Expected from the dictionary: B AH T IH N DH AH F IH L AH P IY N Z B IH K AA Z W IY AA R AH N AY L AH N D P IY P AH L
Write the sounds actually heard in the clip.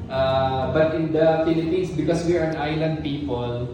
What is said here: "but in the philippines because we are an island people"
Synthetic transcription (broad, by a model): B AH T IH N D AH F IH L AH P IY N S B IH K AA S W IY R AH N AY L AH N D P IY P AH L